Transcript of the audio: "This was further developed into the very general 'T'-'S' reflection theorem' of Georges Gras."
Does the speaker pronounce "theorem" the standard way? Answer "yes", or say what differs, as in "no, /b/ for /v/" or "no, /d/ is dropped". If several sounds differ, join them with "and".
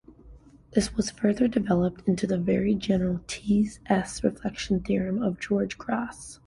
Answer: yes